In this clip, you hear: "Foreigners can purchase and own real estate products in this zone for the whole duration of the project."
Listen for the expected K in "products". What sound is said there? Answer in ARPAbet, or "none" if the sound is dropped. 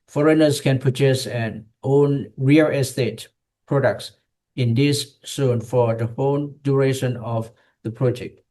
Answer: K